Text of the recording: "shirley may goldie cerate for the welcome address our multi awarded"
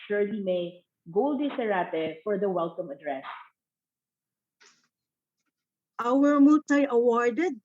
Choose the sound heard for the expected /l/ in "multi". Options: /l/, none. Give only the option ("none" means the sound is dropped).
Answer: none